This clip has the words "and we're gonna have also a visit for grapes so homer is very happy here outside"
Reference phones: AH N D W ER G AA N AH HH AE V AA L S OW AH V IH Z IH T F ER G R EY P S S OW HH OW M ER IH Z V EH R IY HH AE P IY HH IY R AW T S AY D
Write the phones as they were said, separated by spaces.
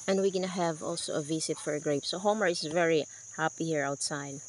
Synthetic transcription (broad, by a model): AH N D W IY G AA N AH HH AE V AA L S OW AH V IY S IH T F ER G R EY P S S OW HH OW M ER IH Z V EH R IY HH AE P IY HH IY R AW T S AY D